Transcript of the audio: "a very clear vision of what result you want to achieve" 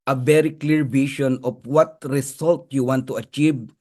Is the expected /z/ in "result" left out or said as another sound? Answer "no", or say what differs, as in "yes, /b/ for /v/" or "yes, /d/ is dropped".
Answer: yes, /s/ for /z/